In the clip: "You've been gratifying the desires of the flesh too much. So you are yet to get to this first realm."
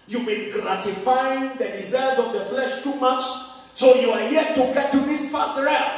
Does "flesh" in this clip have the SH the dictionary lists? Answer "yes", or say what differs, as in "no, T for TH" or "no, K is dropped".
yes